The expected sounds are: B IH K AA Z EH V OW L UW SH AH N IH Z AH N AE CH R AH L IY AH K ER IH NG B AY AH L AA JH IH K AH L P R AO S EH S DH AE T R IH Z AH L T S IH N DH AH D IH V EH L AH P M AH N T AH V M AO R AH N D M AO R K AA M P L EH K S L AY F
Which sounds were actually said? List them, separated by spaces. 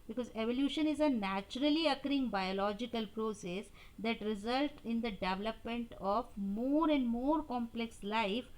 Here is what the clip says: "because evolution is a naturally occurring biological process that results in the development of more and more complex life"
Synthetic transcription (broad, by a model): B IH K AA Z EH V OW L UW SH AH N IH Z AH N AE CH R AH L IY AH K ER IH NG B AY AH L AA JH IH K AH L P R AO S EH S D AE T R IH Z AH L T IH N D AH D IH V EH L AH P M AH N T AH V M AO R AH N D M AO R K AA M P L EH K S L AY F